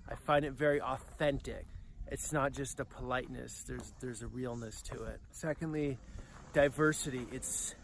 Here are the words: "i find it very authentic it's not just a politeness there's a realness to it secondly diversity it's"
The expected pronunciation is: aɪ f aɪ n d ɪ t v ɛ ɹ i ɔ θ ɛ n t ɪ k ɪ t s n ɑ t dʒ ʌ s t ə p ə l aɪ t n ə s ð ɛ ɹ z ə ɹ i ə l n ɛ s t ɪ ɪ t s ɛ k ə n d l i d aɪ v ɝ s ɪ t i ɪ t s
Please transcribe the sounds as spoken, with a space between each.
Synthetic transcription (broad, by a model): aɪ f aɪ n d ɪ t v ɛ ɹ i ɔ θ ɛ n t ɪ k ɪ t s n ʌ t dʒ ʌ s t ə p ə l aɪ t n ə s ð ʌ ɹ z ə ɹ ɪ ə l n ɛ s t ɪ ɪ t s ɛ k ə n d l i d aɪ v ɝ s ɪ t i ɪ t s